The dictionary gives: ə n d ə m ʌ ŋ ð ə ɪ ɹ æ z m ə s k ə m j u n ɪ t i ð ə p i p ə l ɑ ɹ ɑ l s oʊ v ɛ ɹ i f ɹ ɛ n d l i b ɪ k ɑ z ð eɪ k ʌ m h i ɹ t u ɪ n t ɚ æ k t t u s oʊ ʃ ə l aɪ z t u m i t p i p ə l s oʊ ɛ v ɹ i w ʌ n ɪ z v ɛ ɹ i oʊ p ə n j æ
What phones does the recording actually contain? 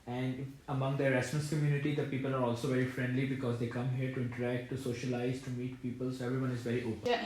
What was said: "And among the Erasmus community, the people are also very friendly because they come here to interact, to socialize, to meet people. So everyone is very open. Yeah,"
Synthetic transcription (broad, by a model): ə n d ə m ʌ ŋ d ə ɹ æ s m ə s k ə m j u n ɪ t i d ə p i p ə l ɑ ɹ ɑ l s oʊ v ɛ ɹ i f ɹ ɛ n d l i b ɪ k ɑ z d eɪ k ʌ m h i ɹ t u ɪ n t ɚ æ k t t u s oʊ ʃ ə l aɪ z t u m i t p i p ə l s oʊ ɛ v ɹ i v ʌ n ɪ z v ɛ ɹ i oʊ p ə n